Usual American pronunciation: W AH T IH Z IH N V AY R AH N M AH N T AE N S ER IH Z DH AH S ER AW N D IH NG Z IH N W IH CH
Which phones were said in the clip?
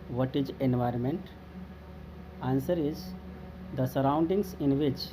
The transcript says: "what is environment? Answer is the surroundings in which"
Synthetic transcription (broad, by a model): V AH T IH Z IH N V AY R AH N M AH N T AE N S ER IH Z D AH S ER AW N D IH NG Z IH N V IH CH